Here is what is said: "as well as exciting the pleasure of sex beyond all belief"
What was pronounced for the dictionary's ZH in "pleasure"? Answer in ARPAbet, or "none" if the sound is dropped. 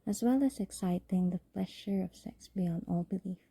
SH